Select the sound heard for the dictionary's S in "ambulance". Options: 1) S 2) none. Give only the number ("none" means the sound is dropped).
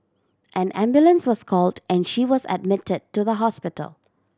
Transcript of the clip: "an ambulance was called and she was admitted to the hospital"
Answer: 1